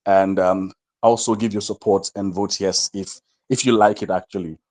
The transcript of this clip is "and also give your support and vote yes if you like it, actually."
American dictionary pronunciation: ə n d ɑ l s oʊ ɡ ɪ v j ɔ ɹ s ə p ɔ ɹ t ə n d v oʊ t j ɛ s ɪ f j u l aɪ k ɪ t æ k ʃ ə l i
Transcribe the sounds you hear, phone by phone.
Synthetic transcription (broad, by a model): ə n d ɑ l s oʊ ɡ ɪ v j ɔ s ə p ɔ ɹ t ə n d v oʊ t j ɛ s ɪ f j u l aɪ k ɪ t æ k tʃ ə l i